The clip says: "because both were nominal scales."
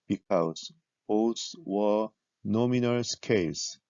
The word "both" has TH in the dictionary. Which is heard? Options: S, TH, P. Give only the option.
S